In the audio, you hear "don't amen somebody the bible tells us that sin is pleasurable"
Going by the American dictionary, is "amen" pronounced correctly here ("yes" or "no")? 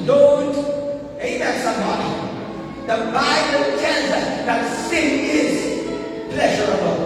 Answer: no